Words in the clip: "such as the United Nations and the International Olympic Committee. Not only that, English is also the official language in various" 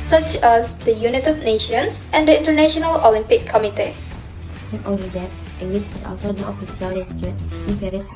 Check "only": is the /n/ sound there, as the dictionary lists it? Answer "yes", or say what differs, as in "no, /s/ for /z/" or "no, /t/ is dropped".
no, /n/ is dropped